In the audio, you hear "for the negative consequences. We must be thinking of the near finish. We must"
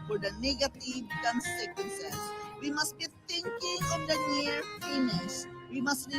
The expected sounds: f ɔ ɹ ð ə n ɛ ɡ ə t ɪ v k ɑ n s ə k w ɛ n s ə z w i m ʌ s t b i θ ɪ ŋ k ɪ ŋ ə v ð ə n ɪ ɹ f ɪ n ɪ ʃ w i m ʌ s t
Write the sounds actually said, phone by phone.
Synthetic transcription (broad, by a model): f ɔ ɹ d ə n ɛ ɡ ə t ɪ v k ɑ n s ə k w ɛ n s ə s w i m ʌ s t b i t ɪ ŋ k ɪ ŋ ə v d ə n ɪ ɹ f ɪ n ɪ s w i m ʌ s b